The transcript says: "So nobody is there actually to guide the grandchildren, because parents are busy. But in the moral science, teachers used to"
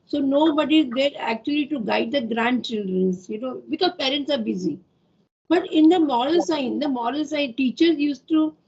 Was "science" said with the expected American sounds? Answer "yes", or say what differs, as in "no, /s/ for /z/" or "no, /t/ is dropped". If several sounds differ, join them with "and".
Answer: no, /l/ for /n/